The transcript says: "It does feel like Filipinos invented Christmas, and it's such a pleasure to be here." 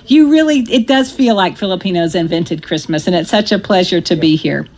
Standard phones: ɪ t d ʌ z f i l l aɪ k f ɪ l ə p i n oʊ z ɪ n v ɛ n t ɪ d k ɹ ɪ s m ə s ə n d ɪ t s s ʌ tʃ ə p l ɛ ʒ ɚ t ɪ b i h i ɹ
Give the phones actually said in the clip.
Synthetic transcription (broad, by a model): ɪ t d ʌ z f i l l aɪ k f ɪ l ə p i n oʊ z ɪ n v ɛ n t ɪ d k ɹ ɪ s m ə s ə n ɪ t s s ʌ tʃ ə p l ɛ ʒ ɚ t ɪ b i h i ɹ